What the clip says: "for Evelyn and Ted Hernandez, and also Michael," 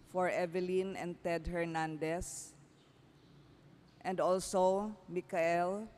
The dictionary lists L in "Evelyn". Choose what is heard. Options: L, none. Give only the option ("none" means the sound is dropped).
L